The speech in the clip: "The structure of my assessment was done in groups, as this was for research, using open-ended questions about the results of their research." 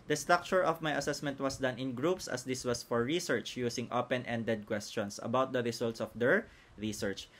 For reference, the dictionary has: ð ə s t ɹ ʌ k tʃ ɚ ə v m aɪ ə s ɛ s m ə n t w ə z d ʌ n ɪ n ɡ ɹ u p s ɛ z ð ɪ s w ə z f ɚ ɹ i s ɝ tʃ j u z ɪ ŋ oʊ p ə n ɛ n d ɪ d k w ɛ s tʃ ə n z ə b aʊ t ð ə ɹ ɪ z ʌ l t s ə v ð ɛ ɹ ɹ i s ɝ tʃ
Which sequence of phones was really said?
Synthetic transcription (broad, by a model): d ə s t ɹ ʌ k tʃ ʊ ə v m aɪ ə s ɛ s m ə n t w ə s d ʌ n ɪ n ɡ ɹ u p s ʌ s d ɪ s w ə s f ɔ ɹ i s ɝ tʃ j u s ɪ ŋ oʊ p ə n ɛ n d ɪ d k w ɛ s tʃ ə n s ə b aʊ t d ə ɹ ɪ s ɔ l t s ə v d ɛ ɹ ɹ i s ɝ tʃ